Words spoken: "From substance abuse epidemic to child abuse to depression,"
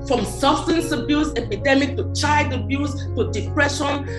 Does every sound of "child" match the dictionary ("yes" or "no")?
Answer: no